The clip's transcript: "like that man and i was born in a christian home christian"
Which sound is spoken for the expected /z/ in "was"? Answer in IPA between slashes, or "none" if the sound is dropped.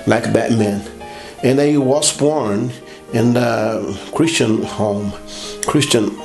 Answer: /s/